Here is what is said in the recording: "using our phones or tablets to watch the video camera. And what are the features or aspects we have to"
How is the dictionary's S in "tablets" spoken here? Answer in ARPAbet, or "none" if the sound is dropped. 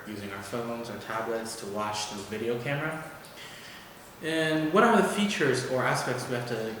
S